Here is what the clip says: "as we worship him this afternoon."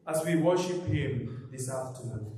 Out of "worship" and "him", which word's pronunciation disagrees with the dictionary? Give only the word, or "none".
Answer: none